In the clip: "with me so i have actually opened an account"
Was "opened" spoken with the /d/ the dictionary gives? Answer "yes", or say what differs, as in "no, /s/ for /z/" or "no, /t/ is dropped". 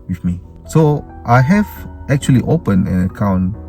no, /d/ is dropped